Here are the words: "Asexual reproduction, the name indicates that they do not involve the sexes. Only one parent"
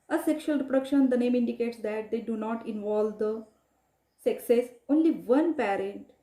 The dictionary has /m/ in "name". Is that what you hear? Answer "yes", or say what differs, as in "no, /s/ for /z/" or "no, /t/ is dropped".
yes